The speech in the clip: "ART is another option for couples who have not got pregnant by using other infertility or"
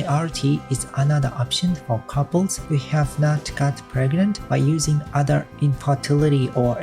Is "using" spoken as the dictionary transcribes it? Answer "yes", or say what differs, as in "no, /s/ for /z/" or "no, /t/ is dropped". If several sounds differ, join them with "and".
yes